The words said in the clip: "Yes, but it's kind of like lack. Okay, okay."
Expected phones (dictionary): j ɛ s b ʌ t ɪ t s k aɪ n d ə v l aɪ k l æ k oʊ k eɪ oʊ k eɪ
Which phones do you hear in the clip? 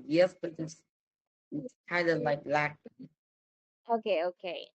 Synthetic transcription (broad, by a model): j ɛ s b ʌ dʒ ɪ s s k aɪ n d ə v l aɪ k l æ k oʊ k eɪ oʊ k eɪ